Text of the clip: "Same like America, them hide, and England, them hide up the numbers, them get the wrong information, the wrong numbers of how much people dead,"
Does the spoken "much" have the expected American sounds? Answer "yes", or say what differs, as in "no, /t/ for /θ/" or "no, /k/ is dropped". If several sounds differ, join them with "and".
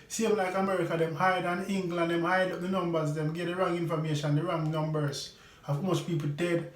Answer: no, /s/ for /tʃ/